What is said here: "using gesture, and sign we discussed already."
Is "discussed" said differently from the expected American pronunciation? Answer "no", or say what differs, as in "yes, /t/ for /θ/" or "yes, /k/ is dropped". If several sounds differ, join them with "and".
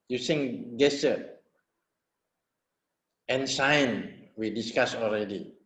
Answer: yes, /t/ is dropped